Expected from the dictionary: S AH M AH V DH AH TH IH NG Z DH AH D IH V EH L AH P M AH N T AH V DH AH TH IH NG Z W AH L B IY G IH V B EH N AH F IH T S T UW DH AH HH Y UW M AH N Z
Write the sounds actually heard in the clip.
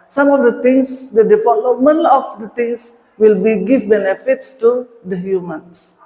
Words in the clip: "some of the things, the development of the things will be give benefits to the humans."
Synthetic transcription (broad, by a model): S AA M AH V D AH T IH NG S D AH D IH F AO L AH M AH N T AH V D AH T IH NG S W AH L B IY G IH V B EH N AH F IH T S T UW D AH HH Y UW M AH N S